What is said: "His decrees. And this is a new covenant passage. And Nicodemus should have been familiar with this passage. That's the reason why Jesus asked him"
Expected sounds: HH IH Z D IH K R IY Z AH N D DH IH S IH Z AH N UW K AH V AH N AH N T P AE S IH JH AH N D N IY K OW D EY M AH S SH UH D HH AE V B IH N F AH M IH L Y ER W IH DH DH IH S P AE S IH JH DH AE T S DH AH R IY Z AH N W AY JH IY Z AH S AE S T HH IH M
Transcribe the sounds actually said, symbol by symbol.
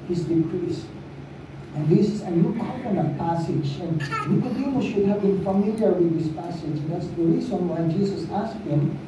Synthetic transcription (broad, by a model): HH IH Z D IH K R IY S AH N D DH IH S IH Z AH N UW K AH AH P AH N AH P AE S IH JH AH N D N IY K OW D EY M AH SH UH D HH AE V B IH N F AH M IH L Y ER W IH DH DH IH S P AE S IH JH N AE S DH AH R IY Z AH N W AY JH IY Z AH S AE S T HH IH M